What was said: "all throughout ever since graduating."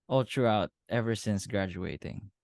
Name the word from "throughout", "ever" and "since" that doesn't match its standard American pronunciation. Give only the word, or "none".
throughout